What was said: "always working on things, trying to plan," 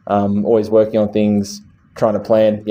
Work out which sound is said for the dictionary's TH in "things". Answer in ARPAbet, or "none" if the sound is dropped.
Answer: TH